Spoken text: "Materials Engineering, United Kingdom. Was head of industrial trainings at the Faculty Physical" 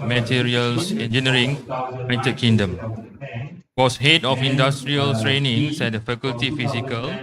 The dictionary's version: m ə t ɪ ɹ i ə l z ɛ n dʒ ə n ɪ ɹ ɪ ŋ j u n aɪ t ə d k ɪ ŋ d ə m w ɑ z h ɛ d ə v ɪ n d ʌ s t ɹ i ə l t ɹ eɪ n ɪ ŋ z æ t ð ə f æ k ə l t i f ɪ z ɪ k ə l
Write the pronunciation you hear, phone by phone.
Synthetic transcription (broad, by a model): m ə t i ɹ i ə l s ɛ n dʒ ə n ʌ ɹ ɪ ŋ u ɪ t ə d k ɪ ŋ d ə m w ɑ s h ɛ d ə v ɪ n d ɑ s t ɹ i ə l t ɹ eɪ n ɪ ŋ s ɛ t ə f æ k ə l t i f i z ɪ k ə l